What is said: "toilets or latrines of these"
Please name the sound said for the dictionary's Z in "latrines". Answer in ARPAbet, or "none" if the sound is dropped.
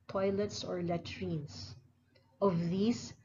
S